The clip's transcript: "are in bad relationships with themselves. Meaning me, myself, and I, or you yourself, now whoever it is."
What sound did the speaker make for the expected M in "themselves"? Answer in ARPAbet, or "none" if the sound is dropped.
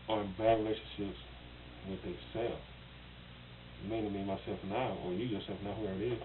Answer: none